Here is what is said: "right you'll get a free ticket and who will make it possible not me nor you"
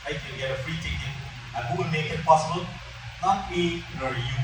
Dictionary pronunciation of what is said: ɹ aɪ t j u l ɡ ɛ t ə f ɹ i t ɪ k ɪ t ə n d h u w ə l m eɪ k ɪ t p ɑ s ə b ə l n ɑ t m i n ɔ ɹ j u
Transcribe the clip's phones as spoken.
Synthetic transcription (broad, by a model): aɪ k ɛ n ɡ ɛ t ə f ɹ i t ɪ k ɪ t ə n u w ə n m eɪ k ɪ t p ɑ s ə b ə l n ɑ t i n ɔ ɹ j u